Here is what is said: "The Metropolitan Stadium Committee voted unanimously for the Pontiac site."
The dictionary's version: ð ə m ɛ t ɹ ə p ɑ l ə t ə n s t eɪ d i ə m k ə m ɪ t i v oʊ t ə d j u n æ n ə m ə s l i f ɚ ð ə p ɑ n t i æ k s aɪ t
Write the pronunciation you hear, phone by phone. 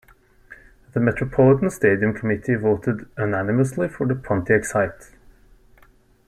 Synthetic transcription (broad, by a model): ð ə m ɛ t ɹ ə p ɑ l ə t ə n s t eɪ d i ə m k ə m ɪ t i v oʊ t ə d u n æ n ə m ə s l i f ɚ ð ə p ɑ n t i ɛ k s aɪ t